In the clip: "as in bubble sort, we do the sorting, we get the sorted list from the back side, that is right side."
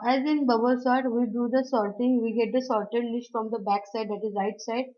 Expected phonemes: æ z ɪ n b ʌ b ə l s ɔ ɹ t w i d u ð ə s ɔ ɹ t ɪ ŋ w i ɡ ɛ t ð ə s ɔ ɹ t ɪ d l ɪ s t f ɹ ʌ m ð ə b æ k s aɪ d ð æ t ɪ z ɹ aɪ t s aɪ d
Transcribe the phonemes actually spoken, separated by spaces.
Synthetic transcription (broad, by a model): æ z ɪ n b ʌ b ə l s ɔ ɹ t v i d u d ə s ɔ ɹ t ɪ ŋ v i ɡ ɛ t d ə s ɔ ɹ t ɪ d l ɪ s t f ɹ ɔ m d ə b æ k s aɪ d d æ t ɪ z ɹ aɪ t s aɪ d